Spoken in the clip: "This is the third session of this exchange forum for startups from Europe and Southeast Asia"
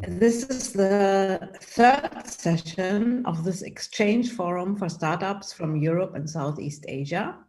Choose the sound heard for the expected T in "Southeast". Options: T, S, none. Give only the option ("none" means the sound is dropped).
T